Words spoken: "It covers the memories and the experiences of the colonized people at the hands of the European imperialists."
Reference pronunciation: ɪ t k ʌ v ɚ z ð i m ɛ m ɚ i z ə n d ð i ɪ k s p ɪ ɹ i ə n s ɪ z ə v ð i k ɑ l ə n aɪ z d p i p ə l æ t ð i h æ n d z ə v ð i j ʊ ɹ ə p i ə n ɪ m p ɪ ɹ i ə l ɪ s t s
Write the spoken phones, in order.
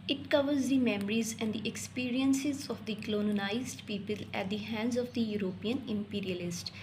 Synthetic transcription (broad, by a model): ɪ t k ʌ v ɚ z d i m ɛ m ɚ i z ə n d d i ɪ k s p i ɹ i ə n s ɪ z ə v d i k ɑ n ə n aɪ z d p i p ə l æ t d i h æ n d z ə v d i j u ɹ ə p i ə n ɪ m p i ɹ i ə l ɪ s t